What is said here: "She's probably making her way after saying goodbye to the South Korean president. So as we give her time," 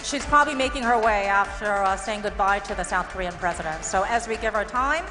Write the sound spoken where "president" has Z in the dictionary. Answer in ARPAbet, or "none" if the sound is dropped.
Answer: Z